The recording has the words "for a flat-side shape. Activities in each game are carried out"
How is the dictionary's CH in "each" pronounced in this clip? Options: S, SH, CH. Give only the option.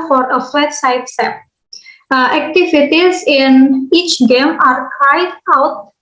CH